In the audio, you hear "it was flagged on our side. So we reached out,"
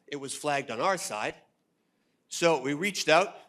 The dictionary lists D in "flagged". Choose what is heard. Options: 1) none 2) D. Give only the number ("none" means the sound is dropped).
2